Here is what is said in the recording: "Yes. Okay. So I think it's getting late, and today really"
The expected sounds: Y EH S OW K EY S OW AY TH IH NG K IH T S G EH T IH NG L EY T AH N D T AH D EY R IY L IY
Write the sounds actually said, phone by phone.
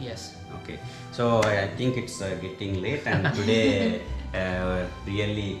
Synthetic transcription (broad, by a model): Y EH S OW K EY S OW AY T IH NG K IH T S G EH T IH NG L EY T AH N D T AH D EY R IY L IY